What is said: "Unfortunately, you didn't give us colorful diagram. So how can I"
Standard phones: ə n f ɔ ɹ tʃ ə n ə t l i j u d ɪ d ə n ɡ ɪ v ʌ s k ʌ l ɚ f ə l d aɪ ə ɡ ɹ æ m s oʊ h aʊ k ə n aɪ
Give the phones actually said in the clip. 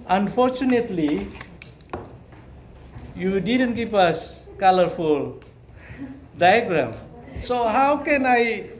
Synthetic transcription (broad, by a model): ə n f ɔ ɹ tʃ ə n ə t l i j u d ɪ d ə n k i p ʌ s k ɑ l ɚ f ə l d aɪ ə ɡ ɹ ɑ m s oʊ h aʊ k ə n aɪ